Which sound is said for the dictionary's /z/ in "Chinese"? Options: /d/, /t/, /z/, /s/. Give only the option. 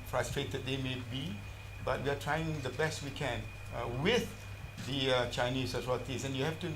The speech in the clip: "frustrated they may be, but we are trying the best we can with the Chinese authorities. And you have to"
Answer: /s/